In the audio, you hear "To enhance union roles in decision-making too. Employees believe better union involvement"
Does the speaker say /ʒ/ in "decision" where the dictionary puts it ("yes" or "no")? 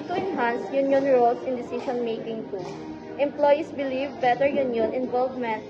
no